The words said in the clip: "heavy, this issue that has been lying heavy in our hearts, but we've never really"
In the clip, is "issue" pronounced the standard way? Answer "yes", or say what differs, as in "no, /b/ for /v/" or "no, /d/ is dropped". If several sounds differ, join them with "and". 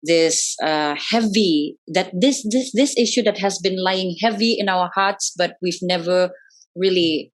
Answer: yes